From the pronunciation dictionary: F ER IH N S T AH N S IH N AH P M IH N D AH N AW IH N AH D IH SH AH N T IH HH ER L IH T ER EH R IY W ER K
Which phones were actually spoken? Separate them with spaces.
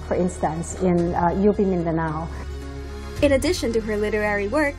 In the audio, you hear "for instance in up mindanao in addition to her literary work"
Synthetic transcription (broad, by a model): F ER IH N S T AH N S IH N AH B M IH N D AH N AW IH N AH D IH SH AH N T IH HH ER L IH T ER EH R IY W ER K